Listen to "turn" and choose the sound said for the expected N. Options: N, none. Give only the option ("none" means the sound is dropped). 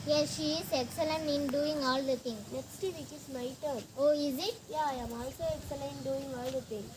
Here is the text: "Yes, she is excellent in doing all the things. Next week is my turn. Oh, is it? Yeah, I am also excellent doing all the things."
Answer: none